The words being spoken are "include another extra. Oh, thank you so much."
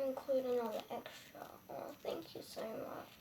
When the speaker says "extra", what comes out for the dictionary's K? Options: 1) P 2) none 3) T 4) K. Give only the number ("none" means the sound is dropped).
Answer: 4